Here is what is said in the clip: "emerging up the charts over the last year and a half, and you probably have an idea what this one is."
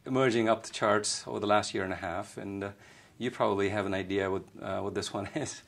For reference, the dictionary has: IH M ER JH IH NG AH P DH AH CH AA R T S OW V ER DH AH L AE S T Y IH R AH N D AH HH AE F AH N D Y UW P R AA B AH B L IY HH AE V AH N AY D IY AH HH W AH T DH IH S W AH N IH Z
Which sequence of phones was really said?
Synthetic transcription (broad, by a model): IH M ER JH IH NG AH P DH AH CH AA R T S OW V ER DH AH L AE S T Y IH R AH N AH HH AE F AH N Y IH P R AA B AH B L IY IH V AH N AY D IY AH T W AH T DH IH S W AH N IH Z